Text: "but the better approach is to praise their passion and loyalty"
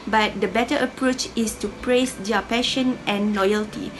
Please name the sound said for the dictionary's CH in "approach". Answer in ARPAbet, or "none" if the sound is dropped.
CH